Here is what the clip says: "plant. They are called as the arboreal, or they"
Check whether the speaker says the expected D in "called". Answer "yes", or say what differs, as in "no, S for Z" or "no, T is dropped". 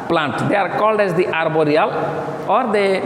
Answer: yes